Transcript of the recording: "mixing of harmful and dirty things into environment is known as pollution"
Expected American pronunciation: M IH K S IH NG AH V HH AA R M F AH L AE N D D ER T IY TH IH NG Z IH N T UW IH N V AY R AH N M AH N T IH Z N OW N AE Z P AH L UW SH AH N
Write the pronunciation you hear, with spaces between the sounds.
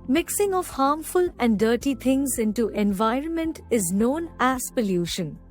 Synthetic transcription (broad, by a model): M IH K S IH NG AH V HH AA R M F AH L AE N D D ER T IY T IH NG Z IH N T UW IH N V AY R AH N M AH N T IH Z N OW N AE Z P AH L UW SH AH N